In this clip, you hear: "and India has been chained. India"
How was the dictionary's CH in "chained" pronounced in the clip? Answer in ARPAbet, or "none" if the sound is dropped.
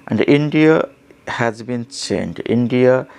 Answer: S